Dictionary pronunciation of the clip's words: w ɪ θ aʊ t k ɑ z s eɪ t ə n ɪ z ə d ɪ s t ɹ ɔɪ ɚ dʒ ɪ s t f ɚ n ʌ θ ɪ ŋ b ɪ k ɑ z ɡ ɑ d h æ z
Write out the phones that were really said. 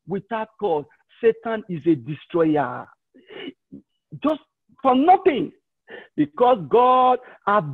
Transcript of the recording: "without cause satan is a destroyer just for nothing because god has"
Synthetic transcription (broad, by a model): w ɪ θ aʊ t k ɑ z s eɪ t ə n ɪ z ə d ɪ s t ɹ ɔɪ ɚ dʒ ɪ s t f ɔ n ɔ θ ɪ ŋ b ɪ k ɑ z ɡ ɑ d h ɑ